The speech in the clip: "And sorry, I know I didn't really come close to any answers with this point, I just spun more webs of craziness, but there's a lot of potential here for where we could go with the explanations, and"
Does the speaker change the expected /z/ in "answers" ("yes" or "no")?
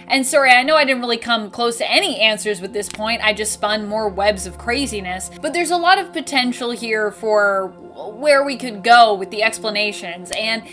no